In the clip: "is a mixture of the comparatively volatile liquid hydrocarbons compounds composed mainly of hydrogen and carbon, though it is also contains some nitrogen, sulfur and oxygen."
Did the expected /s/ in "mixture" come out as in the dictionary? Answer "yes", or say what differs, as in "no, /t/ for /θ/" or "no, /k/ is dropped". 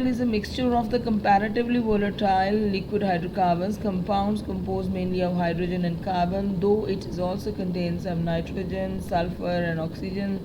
yes